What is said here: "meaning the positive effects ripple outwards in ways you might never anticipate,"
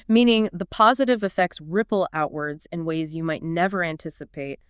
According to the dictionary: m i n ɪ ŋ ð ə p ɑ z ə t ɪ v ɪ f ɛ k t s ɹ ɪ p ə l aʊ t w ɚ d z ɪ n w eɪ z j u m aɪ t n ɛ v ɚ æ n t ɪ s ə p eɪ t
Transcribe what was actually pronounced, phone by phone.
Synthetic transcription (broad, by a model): m i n ɪ ŋ ð ə p ɑ z ə t ɪ v ɪ f ɛ k t s ɹ ɪ p l aʊ t w ɚ d z ɪ n w eɪ z j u m aɪ t n ɛ v ɚ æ n t ɪ s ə p eɪ t